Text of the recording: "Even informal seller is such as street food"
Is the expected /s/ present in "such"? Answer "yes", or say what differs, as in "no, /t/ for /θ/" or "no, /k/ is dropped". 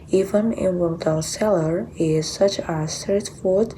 yes